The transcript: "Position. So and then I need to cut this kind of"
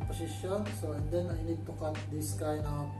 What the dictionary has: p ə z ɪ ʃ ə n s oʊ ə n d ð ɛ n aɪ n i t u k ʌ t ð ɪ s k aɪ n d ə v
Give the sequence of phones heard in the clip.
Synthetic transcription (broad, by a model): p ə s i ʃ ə n s oʊ ə n d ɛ n aɪ n i t u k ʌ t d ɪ s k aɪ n ə